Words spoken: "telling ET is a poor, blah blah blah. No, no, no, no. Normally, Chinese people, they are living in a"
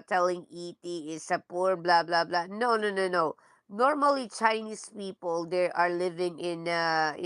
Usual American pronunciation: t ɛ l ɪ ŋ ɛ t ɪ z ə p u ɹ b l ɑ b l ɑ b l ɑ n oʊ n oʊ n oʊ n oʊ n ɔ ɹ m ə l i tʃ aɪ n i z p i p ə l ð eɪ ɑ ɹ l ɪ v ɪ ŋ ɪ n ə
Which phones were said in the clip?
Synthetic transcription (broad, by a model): t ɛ l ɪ ŋ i t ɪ s ə p u ɹ b l ɑ b l ɑ b l ɑ n oʊ n oʊ n oʊ n oʊ n ɔ ɹ m ə l i tʃ aɪ n i s p i p ə l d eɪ ɑ ɹ l ɪ v ɪ ŋ ɪ n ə